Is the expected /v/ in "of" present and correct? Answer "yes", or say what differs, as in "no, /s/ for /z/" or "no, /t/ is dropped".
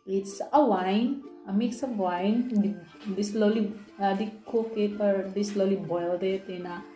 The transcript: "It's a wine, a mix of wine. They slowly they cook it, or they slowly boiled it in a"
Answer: no, /b/ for /v/